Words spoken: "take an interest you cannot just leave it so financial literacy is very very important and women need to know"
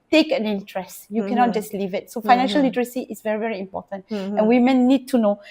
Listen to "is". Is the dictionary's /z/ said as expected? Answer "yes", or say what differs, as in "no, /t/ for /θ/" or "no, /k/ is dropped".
no, /s/ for /z/